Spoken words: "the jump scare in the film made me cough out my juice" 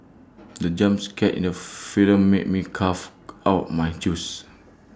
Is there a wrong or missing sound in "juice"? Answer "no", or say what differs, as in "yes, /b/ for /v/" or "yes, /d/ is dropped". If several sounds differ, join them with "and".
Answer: yes, /tʃ/ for /dʒ/